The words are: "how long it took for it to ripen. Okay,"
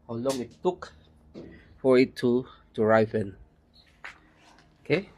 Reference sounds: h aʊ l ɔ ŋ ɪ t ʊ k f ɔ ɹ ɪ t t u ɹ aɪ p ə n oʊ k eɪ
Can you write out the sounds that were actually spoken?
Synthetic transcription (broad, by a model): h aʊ l ɔ ŋ ɪ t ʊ k f ɔ ɹ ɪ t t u ɹ aɪ f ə n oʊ k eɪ